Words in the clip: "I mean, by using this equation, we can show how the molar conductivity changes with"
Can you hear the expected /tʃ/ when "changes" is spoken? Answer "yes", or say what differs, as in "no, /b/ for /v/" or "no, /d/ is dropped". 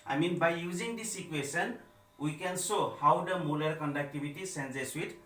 no, /s/ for /tʃ/